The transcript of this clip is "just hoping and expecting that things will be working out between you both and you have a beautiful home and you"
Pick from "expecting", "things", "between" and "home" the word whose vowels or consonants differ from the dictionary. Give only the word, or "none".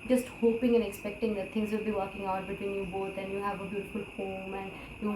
things